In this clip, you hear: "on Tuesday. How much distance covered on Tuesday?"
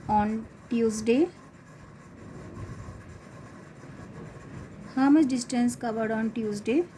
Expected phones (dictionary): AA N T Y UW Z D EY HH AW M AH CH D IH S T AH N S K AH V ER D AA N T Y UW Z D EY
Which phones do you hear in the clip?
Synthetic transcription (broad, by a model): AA N T Y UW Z D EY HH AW M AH S D IH S T AH N S K AH V ER D AA N T Y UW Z D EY